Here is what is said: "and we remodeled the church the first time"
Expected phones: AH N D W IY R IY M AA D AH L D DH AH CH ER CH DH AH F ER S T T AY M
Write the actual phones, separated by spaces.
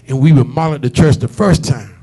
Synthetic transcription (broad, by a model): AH N W IY W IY M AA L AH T DH AH CH ER CH DH AH F ER S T T AY M